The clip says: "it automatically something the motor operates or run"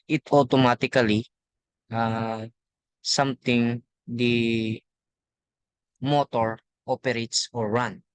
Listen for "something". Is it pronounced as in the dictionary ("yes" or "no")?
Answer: no